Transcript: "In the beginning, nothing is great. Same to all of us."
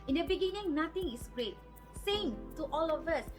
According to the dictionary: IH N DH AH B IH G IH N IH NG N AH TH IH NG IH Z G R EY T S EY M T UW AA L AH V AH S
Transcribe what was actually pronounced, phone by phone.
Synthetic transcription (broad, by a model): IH N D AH B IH G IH N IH NG N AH T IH NG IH S G R EY T S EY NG T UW AA L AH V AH S